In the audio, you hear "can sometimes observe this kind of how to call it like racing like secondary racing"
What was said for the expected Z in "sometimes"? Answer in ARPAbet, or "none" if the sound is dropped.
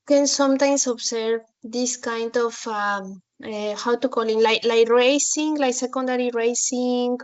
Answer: S